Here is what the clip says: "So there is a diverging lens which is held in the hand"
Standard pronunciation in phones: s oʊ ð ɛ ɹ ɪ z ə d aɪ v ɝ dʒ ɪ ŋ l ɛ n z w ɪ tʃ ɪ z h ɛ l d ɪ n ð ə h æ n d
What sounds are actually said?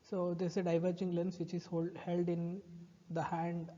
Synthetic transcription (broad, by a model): s oʊ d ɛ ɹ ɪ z ə d aɪ v ɝ dʒ ɪ ŋ l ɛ n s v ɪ tʃ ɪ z h ɛ l d ɪ n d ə h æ n d